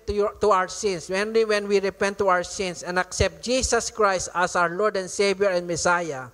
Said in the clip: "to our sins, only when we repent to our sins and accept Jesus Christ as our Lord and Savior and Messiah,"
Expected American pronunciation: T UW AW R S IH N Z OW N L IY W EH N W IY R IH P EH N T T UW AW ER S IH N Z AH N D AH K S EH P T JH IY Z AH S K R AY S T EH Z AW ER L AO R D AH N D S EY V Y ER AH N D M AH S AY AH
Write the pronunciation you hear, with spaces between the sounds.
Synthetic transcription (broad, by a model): T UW AW R S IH N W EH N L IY W EH N W IY R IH P EH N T T UW AW ER S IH N S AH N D AH K S EH P T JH IY S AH S K R AY S T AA S AW ER L AO R D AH N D S EY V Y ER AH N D M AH S AY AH